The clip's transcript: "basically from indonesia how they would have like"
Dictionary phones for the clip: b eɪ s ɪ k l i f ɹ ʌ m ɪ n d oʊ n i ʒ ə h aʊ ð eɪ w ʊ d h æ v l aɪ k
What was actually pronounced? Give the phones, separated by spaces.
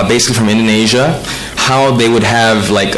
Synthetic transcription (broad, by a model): b eɪ s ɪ k l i f ɹ ʌ m ɪ n d oʊ n i ʒ ə h aʊ ð eɪ w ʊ d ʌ v l aɪ k